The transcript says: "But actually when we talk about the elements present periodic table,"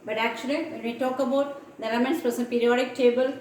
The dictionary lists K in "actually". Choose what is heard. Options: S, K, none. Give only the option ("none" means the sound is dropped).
K